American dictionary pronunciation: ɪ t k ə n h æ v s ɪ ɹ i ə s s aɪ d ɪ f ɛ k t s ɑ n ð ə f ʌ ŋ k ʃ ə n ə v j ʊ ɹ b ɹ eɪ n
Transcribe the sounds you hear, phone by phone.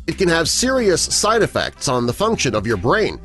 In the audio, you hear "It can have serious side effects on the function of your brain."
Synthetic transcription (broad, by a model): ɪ t k ə n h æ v s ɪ ɹ i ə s s aɪ d ɪ f ɛ k t s n ð ə f ʌ ŋ k ʃ ə n ə v j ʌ ɹ b ɹ eɪ n